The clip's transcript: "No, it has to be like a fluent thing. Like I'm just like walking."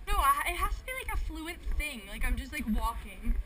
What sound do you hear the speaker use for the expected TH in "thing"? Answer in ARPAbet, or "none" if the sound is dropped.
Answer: TH